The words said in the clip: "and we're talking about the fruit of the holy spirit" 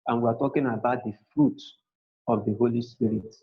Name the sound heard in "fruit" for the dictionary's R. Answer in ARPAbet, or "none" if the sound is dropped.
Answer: R